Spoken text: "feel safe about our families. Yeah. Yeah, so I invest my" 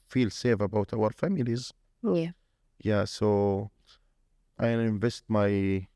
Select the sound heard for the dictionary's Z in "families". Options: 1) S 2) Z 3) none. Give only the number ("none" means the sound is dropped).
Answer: 2